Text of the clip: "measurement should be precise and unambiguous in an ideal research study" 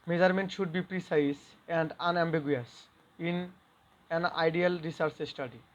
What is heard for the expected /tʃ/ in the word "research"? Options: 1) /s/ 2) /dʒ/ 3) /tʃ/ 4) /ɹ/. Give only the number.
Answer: 1